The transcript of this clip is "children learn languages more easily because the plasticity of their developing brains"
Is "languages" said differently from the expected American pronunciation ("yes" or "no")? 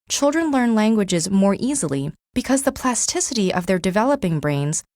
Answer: no